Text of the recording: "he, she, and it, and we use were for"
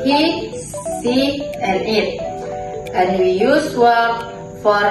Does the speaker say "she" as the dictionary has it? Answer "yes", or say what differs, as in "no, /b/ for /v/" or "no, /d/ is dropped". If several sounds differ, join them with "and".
no, /s/ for /ʃ/